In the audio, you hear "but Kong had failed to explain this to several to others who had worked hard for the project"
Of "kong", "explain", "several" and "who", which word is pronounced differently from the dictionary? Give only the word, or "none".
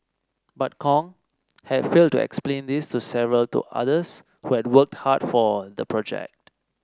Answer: none